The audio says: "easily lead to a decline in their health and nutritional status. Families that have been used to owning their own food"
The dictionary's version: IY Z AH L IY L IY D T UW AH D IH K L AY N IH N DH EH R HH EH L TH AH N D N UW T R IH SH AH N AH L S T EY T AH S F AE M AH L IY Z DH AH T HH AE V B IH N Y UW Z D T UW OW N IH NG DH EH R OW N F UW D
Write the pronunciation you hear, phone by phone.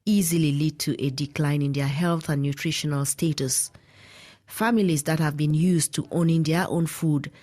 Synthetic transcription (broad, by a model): IY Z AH L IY L IY D T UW AH D IH K L AY N IH N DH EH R HH EH L TH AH N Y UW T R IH SH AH N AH L S T EY T AH S F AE M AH L IY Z DH AH T HH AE V B IH N Y UW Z T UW OW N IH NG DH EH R OW N F UW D